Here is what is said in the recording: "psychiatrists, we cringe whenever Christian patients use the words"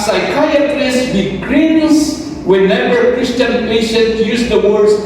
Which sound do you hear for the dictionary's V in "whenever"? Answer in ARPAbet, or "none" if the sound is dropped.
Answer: B